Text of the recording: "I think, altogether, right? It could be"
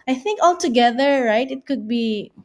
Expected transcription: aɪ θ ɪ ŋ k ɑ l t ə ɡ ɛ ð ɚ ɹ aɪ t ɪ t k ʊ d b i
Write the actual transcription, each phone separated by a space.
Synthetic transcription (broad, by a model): aɪ θ ɪ ŋ k ɑ l t ə ɡ ɛ ð ɚ ɹ aɪ t ɪ t k ʊ d b i